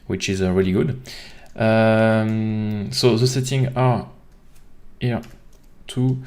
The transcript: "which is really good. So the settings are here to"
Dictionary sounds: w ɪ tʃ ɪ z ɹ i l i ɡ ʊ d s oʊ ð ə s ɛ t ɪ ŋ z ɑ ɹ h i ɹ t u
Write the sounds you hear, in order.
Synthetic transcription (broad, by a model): w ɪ tʃ ɪ z ɹ i l i ɡ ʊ d s oʊ ð ə s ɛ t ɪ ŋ ɑ ɹ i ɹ t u